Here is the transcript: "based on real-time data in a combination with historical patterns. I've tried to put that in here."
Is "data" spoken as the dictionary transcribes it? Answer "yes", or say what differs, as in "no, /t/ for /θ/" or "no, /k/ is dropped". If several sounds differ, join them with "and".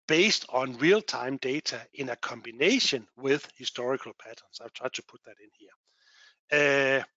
no, /s/ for /t/